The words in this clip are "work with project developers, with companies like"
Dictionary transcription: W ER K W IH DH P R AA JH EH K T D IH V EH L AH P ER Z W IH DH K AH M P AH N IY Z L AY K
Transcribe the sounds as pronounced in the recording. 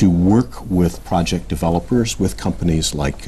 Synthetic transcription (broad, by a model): W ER K W IH DH P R AA JH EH K D IH V EH L AH P ER Z W IH DH K AH M P AH N IY Z L AY K